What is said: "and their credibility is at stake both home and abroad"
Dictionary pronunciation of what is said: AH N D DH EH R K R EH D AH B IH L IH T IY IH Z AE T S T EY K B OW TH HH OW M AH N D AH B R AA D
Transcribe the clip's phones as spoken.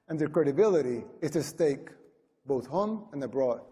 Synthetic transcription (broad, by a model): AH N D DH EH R K R EH D AH B IH L IH T IY IH Z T S T EY K B OW TH HH OW M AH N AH B R AA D